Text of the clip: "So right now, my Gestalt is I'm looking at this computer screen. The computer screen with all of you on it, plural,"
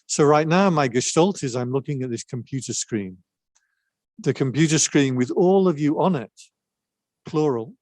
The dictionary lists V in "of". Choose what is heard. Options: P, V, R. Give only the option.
V